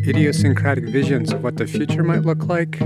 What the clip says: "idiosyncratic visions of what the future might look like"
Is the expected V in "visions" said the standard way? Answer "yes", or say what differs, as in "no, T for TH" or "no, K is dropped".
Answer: yes